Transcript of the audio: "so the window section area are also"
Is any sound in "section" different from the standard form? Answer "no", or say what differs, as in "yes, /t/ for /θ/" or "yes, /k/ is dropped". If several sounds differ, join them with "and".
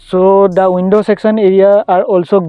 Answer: yes, /s/ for /ʃ/